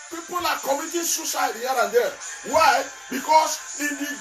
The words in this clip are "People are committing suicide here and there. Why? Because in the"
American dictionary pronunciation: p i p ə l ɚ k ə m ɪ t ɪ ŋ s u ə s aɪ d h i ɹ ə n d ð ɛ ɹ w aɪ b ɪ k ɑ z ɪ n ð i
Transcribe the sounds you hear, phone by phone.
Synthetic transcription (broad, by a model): p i p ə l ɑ k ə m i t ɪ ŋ s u s aɪ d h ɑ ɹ ə n d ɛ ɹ w aɪ b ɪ k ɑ s ɪ n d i